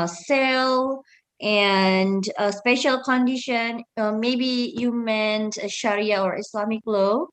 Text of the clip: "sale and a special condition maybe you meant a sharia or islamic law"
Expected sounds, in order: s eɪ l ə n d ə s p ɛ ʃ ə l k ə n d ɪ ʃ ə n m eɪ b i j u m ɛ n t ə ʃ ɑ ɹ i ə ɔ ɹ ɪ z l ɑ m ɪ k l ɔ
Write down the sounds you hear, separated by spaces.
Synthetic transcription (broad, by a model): s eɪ l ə n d ə s p ɛ ʃ ə l k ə n d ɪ ʃ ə n m eɪ b i j u m ɛ n t ə ʃ ɑ ɹ i ə ɔ ɹ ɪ s l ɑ m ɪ k l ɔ